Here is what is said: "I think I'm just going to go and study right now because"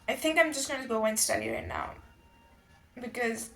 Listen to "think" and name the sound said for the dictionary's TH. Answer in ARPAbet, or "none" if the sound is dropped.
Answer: TH